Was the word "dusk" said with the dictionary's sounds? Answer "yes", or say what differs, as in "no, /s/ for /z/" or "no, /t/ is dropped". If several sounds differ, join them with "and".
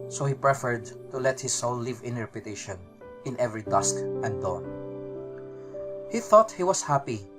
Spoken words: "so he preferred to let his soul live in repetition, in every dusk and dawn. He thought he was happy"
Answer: yes